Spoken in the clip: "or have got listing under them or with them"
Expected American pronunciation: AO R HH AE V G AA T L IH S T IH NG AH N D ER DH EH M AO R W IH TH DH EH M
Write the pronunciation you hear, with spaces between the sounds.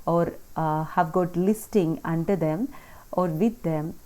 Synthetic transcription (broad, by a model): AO R HH AE V G AA T L IH S T IH NG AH N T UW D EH M AO R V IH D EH M